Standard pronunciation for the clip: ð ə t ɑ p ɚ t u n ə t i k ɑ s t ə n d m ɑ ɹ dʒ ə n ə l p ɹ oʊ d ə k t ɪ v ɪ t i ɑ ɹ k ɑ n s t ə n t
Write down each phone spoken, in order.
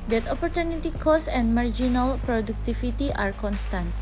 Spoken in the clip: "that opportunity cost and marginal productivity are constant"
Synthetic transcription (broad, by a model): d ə t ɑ p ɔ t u n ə t i k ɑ s ə n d m ɑ ɹ dʒ ə n ə l p ɹ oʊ d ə k t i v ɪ t i ɑ ɹ k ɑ n s t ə n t